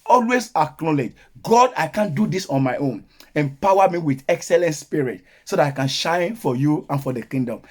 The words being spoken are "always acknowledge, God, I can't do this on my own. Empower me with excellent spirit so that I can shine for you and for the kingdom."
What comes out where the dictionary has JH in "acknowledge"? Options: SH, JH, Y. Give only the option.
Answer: JH